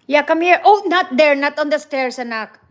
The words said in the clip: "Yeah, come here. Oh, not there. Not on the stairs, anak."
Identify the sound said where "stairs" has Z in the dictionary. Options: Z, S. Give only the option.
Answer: S